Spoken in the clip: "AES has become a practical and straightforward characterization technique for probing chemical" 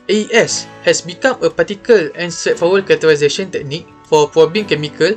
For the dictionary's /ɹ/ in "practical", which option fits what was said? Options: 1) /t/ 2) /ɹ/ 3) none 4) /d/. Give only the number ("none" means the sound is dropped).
3